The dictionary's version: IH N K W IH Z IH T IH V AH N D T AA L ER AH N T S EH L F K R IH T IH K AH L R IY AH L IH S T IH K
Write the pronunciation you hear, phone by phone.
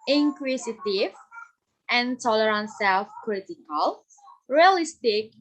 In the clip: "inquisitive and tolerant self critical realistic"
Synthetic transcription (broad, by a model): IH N K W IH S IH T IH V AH N T AA L ER AH N T S EH L F K R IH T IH K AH L R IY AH L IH S T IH K